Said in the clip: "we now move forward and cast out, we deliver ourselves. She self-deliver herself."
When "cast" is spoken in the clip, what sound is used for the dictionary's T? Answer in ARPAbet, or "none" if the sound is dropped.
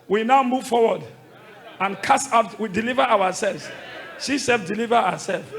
none